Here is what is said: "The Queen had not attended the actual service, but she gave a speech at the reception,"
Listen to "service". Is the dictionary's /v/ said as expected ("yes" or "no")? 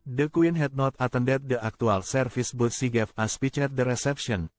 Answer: no